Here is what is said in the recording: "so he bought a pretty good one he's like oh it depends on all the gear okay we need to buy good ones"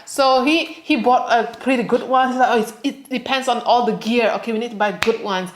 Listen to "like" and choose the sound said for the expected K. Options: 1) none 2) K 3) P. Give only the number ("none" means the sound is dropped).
1